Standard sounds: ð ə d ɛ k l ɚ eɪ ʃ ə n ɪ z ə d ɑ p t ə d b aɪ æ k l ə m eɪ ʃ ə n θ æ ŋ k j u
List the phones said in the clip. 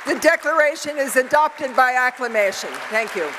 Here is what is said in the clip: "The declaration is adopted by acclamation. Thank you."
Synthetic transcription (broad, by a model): ð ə d ɛ k l ɚ eɪ ʃ ə n ɪ z ə d ɑ p t ə d b aɪ æ k l ə m eɪ ʃ ə n θ æ ŋ k j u